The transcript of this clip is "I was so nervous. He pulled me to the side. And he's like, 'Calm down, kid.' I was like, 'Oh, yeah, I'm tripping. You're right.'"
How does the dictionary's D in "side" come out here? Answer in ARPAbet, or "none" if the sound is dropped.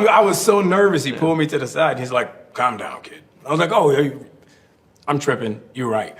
none